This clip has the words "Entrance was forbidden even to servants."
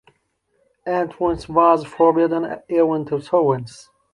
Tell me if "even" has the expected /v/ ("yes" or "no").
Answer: no